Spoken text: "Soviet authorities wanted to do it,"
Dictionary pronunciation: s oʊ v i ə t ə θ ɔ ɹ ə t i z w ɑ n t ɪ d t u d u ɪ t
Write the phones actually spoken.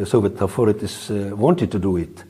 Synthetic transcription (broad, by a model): s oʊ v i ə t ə f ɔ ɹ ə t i s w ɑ n t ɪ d t u d u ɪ t